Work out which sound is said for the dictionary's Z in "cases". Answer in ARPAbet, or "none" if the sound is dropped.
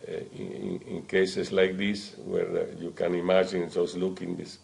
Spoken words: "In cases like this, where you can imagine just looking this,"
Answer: S